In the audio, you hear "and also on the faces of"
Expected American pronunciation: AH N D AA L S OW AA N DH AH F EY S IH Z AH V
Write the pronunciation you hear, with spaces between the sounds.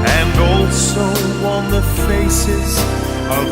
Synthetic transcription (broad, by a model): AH N D AA L S OW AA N DH AH F EY S IH Z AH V